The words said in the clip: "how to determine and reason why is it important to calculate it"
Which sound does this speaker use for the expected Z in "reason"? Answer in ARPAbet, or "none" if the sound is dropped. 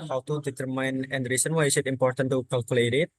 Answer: S